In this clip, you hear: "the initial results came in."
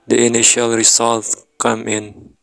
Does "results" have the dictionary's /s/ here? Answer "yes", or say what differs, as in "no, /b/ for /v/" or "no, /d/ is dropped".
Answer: no, /s/ is dropped